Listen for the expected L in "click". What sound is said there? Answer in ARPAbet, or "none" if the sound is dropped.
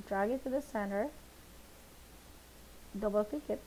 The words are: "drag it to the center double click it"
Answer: none